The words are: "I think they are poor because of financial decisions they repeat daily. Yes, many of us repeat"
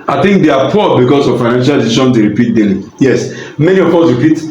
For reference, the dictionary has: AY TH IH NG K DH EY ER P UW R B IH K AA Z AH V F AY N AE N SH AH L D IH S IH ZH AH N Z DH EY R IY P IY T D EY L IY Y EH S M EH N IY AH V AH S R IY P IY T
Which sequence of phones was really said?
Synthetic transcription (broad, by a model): AY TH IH NG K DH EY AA P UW B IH K AA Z AH V F AY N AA N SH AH L D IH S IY SH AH N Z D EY R IY P IY T D EY L IY Y EH S M EH N IY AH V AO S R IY P IY T